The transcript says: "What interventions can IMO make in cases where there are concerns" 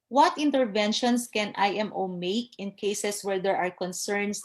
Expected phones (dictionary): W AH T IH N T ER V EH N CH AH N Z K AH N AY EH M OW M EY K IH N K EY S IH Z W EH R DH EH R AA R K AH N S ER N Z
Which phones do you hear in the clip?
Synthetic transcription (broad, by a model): W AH T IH N T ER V EH N SH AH N S K AH N AY EH M OW M EY K IH N K EY S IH S W EH R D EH R AA R K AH N S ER N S